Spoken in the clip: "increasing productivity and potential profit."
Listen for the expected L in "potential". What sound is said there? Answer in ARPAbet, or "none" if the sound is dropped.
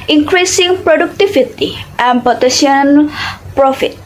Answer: N